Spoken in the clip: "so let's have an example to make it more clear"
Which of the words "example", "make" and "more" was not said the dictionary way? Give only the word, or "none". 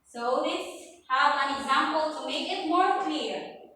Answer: none